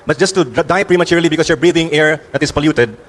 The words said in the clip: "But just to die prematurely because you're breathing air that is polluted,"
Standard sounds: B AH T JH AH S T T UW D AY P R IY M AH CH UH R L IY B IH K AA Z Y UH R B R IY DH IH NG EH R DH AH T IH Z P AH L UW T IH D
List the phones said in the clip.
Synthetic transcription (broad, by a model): B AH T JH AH S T T UW D AY P R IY M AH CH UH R L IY B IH K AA S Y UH R B R IY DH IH NG EH R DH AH T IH S P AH L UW T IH D